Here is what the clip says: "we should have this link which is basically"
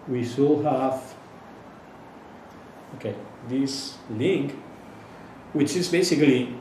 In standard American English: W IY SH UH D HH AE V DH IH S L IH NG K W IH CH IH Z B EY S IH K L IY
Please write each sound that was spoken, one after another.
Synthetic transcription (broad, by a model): W IY S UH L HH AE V DH IH S L IH NG K W IH CH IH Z B EY S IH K L IY